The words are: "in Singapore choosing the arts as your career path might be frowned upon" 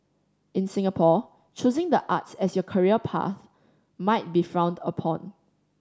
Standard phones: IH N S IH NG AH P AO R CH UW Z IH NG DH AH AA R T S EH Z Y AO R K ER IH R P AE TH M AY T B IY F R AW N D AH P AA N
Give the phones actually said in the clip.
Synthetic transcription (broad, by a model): IH N S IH NG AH P AO CH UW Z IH NG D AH AA T S EH S Y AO K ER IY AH P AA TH M AY T B IY F R AW N D AH P AA N